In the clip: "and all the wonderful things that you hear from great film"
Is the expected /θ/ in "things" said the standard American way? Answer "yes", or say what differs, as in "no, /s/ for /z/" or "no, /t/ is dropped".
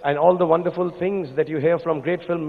no, /t/ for /θ/